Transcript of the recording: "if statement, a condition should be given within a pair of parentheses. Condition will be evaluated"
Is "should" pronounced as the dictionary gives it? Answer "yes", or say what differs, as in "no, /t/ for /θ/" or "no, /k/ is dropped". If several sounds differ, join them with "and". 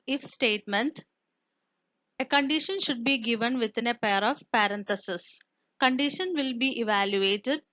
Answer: yes